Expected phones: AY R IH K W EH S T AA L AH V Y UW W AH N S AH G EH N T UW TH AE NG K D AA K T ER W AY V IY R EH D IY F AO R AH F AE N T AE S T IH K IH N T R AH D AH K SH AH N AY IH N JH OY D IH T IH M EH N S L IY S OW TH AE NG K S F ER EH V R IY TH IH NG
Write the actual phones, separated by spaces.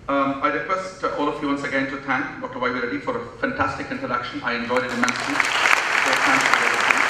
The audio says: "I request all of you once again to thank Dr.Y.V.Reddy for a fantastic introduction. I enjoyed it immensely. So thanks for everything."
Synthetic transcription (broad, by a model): AY R IH K W EH S T AA L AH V Y UW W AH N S AH G EH N T UW T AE NG K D AA K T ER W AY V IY R EH D IY F AO R AH F AE N T AE S T IH K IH N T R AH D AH K SH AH N AY IH N JH OY D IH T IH M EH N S IY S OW T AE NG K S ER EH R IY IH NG